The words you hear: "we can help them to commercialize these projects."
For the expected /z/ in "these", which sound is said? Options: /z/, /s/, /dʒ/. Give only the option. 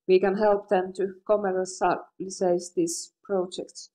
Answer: /s/